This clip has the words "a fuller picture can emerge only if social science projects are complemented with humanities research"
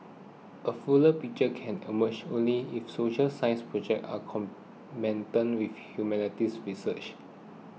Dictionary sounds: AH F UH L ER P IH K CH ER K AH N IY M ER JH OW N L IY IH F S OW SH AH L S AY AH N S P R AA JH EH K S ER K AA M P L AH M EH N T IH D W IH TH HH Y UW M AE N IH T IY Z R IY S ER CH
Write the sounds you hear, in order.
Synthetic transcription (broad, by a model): AH F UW L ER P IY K CH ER K AH N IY M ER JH OW N L IY IH F S OW SH AH L S AY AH N S P R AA JH EH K AA K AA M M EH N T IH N W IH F HH Y UW M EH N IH T IY S R IY S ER CH